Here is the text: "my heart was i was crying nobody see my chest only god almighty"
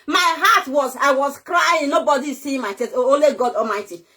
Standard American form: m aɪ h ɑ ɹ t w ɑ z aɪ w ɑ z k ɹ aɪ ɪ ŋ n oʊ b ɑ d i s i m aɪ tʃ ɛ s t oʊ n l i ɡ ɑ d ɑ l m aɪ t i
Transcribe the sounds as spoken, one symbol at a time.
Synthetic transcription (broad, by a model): m aɪ h ɑ t w ɑ z aɪ w ɑ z k ɹ aɪ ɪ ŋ n oʊ b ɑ d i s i m aɪ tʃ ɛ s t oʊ l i ɡ ɑ d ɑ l m aɪ t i